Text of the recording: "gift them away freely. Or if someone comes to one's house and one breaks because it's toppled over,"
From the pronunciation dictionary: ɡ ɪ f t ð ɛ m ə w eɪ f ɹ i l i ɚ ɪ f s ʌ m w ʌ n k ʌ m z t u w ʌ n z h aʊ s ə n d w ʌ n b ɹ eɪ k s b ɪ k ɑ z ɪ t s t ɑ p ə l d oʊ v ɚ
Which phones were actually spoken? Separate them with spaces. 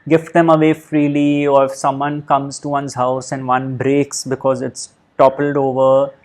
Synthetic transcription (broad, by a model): ɡ ɪ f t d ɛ m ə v eɪ f ɹ i l i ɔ ɪ f s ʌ m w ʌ n k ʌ m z t u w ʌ n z h aʊ s ə n d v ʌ n b ɹ eɪ k s b ɪ k ɑ z ɪ t s t ɑ p ə l d oʊ v ɚ